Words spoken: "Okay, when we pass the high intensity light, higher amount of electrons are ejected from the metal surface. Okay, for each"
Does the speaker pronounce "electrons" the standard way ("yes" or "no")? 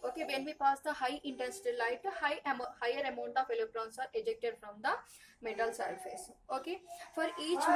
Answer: no